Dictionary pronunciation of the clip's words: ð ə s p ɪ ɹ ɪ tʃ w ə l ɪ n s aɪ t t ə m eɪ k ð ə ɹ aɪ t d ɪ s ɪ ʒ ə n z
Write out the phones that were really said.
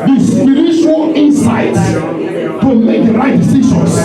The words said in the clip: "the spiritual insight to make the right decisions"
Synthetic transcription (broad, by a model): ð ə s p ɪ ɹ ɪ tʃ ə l ɪ n s aɪ t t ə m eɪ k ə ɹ aɪ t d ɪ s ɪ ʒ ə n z